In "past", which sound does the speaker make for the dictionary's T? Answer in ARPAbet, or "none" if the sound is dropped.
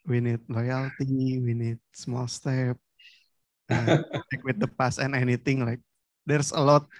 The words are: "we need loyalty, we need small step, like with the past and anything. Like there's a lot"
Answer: none